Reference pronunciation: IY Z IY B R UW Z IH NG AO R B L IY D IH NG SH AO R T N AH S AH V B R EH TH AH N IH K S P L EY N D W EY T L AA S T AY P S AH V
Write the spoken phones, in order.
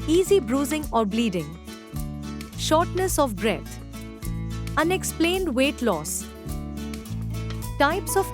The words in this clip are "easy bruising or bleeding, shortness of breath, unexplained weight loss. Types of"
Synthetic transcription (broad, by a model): IY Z IY B R UW Z IH NG AO R B L IY D IH NG SH AO R T N AH S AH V B R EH T AH N IH K S P L EY N D W EY T L AA S T AY P S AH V